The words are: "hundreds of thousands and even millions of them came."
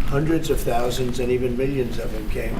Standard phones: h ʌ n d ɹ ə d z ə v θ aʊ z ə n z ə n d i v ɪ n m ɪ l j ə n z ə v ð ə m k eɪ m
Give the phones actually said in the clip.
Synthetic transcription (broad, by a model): h ʌ n d ɹ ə d z ə v θ aʊ z ə n z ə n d i v ɪ n m ɪ l j ə n z ə v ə m k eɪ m